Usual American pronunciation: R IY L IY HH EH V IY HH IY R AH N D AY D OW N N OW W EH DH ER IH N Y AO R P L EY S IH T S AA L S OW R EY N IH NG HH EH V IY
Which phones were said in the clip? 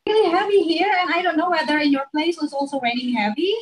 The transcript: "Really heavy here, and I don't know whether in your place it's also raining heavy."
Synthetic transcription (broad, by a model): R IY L IY HH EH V IY HH IY R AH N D AY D OW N N OW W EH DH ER IH N Y AO R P L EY IH S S AA L S OW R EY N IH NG HH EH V IY